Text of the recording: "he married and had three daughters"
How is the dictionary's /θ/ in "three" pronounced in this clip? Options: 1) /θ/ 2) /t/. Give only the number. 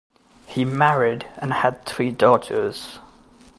1